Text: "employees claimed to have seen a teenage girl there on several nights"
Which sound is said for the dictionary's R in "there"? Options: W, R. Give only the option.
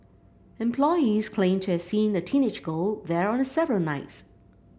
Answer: R